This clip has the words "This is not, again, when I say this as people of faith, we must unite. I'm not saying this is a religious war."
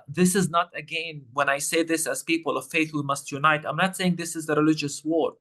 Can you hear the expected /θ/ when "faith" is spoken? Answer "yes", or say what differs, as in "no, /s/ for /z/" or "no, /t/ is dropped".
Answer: yes